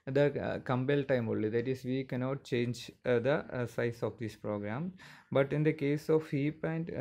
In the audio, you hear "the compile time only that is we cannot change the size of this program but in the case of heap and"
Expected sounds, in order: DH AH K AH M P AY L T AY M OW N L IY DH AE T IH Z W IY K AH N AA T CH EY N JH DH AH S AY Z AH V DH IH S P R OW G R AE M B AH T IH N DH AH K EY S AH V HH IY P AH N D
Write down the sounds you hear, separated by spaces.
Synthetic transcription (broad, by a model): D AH K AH M B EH L T AY M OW L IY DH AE T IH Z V IY K AH N AA T CH EY N JH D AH S AY S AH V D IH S P R OW G R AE M B AH T IH N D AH K EY S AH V HH IY P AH N D